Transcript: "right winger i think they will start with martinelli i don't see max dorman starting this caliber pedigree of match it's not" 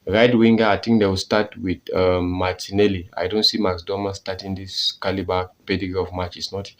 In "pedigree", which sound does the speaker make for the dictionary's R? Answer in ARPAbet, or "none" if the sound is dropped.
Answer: none